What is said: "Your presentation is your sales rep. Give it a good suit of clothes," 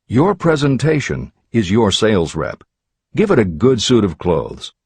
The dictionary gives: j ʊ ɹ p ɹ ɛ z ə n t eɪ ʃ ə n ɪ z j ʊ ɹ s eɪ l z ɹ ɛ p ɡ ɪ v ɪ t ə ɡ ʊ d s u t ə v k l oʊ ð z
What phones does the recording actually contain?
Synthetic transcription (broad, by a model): j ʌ ɹ p ɹ ɛ z ə n t eɪ ʃ ə n ɪ z j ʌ ɹ s eɪ l z ɹ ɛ p ɡ ɪ v ɪ t ə ɡ ʊ d s u t ə v k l oʊ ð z